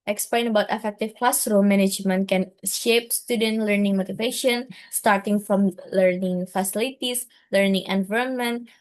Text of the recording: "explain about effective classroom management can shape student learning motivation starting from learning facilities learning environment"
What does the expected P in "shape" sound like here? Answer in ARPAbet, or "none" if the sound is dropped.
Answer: P